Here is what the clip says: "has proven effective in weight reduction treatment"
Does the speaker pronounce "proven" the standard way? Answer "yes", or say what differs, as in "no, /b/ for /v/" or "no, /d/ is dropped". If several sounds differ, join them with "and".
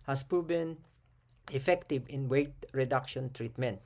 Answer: no, /b/ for /v/